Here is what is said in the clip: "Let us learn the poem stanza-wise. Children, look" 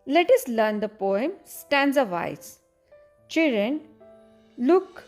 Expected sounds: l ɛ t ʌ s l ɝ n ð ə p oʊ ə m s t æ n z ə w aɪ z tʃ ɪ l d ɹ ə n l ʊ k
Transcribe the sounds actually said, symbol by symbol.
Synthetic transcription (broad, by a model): l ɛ t ʌ s l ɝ n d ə p oʊ ə m s t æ n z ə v aɪ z tʃ ɪ l d ɹ ə n l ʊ k